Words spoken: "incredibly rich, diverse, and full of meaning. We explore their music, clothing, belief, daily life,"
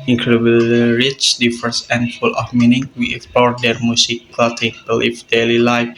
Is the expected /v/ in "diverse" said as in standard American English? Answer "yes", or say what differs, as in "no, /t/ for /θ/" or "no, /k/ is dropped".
no, /f/ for /v/